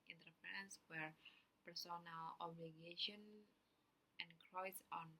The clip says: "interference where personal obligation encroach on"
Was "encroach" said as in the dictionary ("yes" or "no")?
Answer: no